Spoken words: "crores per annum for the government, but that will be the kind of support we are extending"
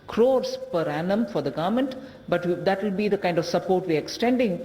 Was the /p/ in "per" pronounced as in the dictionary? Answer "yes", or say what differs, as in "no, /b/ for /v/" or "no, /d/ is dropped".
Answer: yes